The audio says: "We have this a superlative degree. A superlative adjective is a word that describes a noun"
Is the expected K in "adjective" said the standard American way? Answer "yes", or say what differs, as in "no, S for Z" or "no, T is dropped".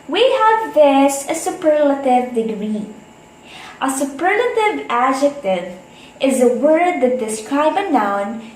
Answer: yes